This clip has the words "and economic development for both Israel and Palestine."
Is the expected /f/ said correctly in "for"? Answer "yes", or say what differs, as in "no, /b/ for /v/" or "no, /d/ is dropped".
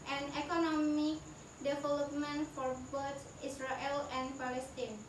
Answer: yes